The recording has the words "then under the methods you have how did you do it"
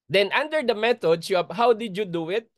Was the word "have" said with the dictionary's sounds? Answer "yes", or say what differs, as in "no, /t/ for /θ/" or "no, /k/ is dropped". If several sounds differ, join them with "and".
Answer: no, /b/ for /v/